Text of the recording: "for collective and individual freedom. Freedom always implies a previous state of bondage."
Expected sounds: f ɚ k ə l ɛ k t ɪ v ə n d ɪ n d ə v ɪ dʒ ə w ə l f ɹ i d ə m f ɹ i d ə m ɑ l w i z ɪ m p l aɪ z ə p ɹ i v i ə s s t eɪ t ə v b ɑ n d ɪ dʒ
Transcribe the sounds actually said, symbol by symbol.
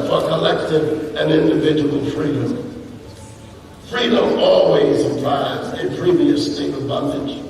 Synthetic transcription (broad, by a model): f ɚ k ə l ɛ k t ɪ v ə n ɪ n d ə v ɪ dʒ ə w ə l f ɹ i d ə m f ɹ i d ə m ɑ l w i z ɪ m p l aɪ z ə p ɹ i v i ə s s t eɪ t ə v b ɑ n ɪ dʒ